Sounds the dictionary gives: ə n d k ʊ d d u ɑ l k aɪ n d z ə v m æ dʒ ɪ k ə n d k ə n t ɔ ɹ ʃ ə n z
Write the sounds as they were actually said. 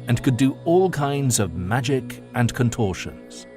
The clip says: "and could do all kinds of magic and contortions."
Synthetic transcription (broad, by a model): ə n k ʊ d d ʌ ɑ l k aɪ n d z ə v m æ dʒ ɪ k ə n k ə n t ɔ ɹ ʃ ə n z